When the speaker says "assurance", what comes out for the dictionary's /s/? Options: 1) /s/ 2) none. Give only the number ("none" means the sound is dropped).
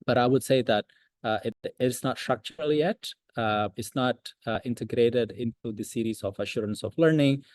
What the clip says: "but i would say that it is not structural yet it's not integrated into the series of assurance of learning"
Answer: 1